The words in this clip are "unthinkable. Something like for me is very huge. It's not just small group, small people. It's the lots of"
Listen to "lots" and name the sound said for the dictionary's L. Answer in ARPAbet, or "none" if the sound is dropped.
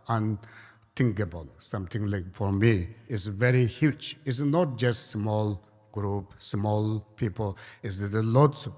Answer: L